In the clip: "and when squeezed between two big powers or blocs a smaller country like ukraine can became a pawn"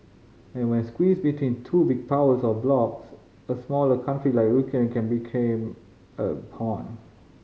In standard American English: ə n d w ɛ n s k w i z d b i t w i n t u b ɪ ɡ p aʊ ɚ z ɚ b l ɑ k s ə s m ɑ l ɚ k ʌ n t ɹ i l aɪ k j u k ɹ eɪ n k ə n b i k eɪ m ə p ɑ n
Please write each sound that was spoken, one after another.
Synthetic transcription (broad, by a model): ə n w ɛ n s k w i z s b i t w i n t u b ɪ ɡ p aʊ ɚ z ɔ b l ɑ k s ə s m ɑ l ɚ k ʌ n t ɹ i l aɪ k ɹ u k eɪ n k ə n b i k eɪ m ə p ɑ n